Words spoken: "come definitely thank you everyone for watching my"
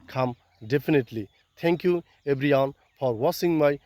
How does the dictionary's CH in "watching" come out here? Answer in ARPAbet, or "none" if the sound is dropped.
S